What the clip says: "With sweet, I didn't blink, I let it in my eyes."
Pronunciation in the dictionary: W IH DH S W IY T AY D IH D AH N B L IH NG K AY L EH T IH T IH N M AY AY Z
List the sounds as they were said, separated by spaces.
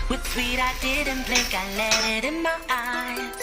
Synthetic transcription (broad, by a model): W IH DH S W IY T AY D IH D AH N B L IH K AY L EH T IH T IH N M AY AY